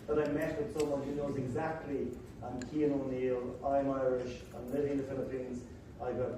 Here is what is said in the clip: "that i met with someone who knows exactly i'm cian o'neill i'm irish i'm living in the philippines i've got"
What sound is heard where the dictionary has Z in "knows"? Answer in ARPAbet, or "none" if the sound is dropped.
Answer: Z